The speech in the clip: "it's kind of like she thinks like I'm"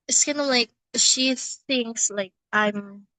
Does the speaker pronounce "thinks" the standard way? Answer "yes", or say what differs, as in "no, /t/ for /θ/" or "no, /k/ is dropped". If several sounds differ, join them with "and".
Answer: yes